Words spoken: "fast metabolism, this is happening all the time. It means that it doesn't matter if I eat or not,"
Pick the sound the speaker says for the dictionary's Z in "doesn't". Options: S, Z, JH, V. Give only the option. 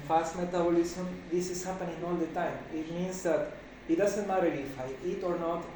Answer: S